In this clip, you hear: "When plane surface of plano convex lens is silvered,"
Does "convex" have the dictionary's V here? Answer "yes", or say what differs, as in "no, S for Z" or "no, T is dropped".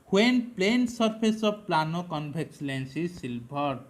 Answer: no, B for V